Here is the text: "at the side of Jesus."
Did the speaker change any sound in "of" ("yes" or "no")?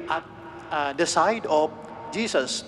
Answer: yes